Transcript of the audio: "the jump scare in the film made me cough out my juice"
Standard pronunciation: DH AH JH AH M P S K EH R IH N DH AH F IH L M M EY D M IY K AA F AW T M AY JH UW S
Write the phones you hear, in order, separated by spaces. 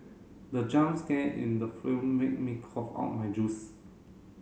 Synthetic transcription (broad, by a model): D AH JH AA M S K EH IH N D AH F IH M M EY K M IY K AA F AW T M AY JH UW S